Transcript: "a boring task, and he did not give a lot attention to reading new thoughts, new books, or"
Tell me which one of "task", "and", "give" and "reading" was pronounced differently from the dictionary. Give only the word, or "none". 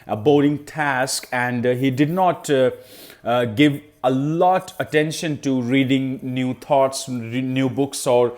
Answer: none